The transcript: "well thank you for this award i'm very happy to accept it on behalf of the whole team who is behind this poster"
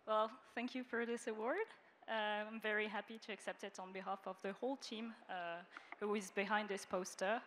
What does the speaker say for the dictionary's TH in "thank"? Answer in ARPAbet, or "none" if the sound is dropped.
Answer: TH